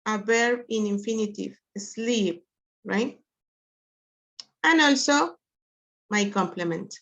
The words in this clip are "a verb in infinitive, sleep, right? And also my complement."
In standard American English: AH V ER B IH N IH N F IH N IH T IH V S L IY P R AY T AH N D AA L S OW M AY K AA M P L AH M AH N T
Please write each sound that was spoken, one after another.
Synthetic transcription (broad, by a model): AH B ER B IH N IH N F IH N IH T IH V S L IY P R AY T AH N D AA L S OW M AY K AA M P L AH M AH N T